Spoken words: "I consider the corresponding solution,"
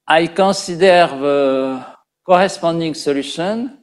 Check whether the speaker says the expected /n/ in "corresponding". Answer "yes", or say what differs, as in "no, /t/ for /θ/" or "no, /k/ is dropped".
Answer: no, /n/ is dropped